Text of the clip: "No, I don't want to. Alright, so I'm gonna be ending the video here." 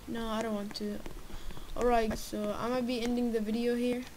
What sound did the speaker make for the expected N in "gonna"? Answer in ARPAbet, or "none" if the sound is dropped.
none